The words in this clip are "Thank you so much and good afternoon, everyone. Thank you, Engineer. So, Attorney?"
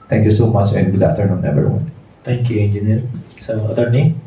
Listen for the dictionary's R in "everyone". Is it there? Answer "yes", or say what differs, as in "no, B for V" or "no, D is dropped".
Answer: no, R is dropped